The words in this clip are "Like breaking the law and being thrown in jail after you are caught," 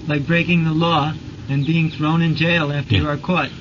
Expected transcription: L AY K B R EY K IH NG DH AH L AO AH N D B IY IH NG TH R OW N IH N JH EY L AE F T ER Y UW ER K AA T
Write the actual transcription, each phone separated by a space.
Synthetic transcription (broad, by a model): L AY K B R EY K IH NG DH AH L AO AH N B IY IH NG TH R OW N IH N JH EY L AE F T ER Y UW ER K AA T